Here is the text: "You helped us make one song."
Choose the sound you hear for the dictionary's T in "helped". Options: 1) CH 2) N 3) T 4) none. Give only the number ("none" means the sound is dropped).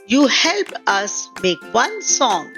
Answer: 4